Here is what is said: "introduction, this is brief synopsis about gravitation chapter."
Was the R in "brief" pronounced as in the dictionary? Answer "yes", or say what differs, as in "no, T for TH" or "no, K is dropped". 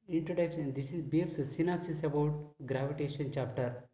no, R is dropped